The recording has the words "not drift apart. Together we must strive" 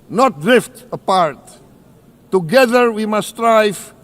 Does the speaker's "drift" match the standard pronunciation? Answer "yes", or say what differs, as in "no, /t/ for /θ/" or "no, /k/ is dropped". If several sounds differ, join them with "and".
yes